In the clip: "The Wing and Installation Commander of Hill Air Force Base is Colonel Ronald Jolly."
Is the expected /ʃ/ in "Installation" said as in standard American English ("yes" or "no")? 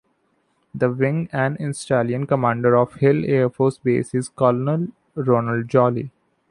no